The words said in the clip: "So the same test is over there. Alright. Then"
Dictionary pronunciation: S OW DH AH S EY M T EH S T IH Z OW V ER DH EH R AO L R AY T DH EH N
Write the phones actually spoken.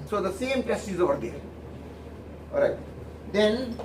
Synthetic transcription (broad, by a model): S OW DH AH S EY M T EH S IH Z OW V ER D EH R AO R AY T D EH N